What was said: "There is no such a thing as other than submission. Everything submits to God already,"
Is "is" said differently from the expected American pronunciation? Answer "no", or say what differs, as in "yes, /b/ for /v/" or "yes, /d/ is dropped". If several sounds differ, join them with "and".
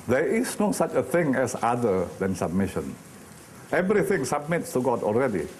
yes, /s/ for /z/